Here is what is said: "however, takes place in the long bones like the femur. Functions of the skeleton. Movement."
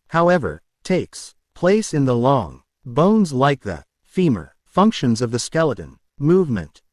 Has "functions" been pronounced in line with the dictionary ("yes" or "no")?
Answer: yes